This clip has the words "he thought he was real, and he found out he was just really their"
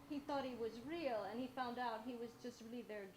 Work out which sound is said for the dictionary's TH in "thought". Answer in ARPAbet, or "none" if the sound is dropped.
TH